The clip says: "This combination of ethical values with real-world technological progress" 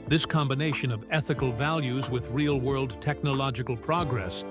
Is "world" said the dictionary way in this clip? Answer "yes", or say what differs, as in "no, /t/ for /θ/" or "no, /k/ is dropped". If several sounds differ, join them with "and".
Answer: yes